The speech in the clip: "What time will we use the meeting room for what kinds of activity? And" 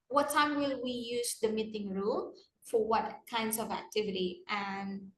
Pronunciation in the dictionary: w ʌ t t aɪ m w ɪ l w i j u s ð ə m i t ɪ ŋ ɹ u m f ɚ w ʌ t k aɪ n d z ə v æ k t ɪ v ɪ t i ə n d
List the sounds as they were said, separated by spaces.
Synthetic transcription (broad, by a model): w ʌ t t aɪ m w ɪ l w i j u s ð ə m i t ɪ ŋ ɹ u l f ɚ w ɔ t k aɪ n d s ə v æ k t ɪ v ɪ t i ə n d